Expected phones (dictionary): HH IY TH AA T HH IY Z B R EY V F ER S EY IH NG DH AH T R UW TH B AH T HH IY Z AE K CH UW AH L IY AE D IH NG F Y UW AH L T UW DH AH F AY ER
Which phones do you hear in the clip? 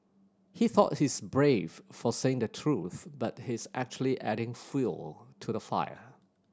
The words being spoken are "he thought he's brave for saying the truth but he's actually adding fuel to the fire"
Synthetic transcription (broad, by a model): HH IY TH AA T HH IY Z B R EY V F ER S EY IH NG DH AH T R UW TH B AH T HH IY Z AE K CH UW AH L IY AE D IH NG F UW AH L T UW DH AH F AY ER